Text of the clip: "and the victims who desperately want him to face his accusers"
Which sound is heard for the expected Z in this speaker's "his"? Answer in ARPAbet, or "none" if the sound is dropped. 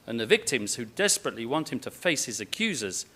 Z